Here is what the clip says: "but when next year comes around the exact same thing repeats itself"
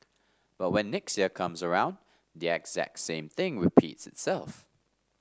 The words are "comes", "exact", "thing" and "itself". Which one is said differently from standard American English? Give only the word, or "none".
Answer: none